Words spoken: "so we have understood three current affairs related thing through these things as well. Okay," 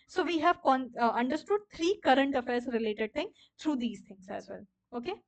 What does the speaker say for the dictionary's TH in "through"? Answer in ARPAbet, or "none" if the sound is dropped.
T